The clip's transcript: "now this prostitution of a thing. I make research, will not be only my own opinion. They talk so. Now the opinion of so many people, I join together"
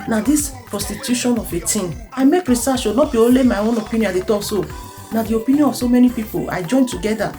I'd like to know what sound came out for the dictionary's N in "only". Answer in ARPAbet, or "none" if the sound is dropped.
none